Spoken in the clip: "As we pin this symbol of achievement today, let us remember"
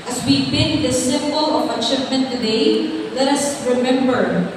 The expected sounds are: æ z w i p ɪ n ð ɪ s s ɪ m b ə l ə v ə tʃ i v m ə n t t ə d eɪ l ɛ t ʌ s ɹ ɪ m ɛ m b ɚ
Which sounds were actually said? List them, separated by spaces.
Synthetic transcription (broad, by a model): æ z w i b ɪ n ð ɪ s s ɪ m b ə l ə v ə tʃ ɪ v m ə n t t ə d eɪ l ɛ t ʌ s ɹ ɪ m ɛ m b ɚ